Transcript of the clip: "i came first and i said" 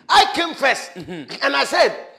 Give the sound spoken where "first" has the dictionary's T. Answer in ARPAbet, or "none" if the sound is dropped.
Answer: none